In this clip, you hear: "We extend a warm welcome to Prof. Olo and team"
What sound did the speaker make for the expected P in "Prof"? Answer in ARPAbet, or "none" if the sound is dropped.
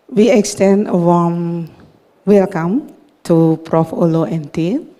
P